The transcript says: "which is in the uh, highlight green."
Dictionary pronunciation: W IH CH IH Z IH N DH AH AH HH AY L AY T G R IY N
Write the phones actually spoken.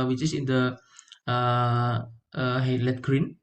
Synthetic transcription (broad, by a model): W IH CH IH S IH N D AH AH HH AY L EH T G R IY N